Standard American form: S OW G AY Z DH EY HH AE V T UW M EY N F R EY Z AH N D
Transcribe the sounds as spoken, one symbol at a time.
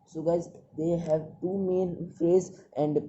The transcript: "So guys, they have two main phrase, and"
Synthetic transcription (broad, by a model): S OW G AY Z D EY HH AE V T UW M EY N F EY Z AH N D